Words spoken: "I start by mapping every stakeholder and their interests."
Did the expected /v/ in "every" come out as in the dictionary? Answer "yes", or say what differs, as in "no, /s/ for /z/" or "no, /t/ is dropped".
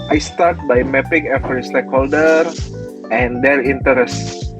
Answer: no, /f/ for /v/